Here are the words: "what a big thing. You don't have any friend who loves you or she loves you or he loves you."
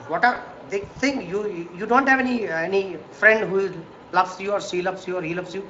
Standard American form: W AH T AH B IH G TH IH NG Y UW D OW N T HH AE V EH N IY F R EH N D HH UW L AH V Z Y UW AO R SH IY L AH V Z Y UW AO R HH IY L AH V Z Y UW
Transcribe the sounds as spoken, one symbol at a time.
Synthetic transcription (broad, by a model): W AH T AH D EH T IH NG Y UW D OW N T HH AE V EH N IY F R EH N D HH UW L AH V S Y UW AO R S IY L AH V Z Y UW AO R HH IY L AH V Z Y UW